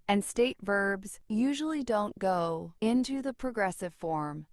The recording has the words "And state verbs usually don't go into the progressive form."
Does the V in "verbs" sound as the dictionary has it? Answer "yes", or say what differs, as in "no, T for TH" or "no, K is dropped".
yes